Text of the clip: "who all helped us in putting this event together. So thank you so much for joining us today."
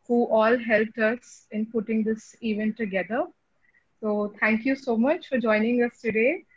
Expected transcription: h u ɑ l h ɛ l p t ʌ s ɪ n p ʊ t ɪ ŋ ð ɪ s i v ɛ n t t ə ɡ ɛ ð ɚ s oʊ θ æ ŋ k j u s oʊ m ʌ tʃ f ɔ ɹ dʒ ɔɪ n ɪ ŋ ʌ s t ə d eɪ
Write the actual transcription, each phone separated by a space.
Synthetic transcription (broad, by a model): h u ɑ l h ɛ l p t ʌ s ɪ n p ʊ t ɪ ŋ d ɪ s i v ɛ n t t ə ɡ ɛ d ɚ s oʊ t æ ŋ k j u s oʊ m ʌ tʃ f ɔ ɹ dʒ ɔɪ n ɪ ŋ ʌ s t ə d eɪ